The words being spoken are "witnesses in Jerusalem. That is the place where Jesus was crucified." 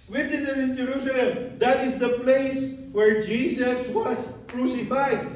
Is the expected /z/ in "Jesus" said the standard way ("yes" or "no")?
no